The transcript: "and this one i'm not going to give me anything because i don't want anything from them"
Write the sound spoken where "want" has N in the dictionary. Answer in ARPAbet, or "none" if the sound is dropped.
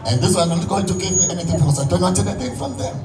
none